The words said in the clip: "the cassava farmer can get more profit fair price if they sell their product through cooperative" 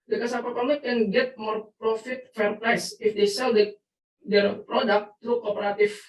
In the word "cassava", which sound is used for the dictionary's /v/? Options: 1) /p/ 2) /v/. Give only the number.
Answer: 1